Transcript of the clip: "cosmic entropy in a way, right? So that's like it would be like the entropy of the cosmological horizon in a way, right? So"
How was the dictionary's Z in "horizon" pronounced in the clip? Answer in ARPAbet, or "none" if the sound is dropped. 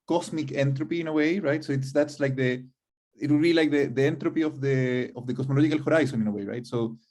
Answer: S